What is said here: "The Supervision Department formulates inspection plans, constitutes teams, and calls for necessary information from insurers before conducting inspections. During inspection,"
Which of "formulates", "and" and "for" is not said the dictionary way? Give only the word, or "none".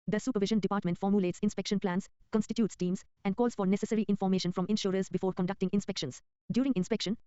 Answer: none